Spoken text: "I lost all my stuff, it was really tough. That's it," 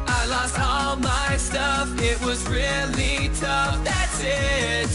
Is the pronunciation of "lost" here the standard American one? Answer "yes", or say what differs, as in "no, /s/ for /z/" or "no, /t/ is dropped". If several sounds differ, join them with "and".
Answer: yes